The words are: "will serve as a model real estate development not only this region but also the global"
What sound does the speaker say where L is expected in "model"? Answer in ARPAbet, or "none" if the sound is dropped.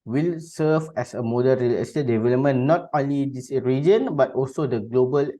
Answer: N